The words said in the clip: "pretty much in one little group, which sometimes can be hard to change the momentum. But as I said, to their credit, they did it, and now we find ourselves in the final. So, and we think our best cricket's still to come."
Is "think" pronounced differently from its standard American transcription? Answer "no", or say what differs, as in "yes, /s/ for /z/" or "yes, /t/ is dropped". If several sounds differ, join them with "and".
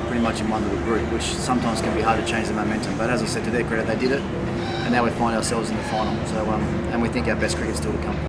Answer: no